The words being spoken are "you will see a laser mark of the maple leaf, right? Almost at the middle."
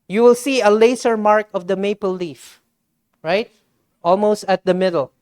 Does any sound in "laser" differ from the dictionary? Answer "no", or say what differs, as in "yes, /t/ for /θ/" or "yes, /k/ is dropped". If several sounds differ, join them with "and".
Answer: yes, /s/ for /z/